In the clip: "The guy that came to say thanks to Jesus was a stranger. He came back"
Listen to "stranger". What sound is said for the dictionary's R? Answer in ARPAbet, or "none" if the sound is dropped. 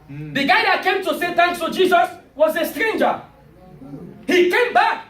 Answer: R